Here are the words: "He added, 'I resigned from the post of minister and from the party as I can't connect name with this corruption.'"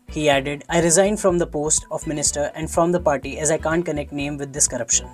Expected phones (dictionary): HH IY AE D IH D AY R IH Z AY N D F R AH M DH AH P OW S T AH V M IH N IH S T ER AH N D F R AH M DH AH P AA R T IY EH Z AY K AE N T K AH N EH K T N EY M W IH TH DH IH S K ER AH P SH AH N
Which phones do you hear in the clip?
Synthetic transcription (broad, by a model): HH IY AE D IH D AY R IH Z AY N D F R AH M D AH P OW S T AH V M IH N IH S T ER AH N D F R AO M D AH P AA R T IY EH Z AY K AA N T K AH N EH K T N EY M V IH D IH S K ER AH P SH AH N